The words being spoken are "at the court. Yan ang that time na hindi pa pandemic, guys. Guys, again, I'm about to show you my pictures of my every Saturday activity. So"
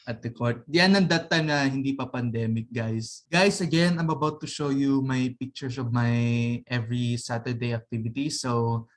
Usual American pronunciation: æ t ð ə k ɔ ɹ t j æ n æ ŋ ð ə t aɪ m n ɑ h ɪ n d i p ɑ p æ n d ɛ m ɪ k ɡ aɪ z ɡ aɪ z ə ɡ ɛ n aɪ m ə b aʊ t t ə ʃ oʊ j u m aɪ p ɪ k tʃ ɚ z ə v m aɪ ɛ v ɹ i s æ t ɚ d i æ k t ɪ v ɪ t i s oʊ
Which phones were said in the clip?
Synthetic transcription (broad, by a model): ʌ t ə k ɔ ɹ t j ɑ n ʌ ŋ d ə t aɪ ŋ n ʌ h ɪ n d i p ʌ p æ n d ɛ m ɪ k ɡ aɪ s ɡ aɪ s ə ɡ ɛ n aɪ m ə b aʊ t t ə ʃ oʊ j u m aɪ p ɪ k tʃ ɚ s ə v m aɪ ɛ v ɹ i s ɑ t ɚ d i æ k t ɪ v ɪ t i s oʊ